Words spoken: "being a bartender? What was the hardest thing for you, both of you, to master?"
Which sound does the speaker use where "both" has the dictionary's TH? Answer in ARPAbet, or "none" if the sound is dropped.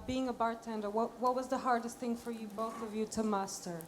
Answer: TH